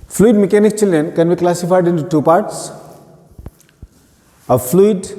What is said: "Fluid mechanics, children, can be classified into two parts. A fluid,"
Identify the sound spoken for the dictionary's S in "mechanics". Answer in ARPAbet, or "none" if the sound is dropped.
none